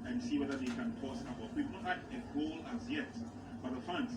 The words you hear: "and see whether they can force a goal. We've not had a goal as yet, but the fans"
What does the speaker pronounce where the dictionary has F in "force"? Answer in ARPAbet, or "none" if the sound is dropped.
P